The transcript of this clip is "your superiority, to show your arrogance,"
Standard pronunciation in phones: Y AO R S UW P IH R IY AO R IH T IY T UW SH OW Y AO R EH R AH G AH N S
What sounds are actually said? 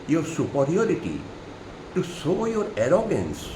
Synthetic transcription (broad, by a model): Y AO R S UW P IH R IY AO R IH T IY T UW S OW Y AO R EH R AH G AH N S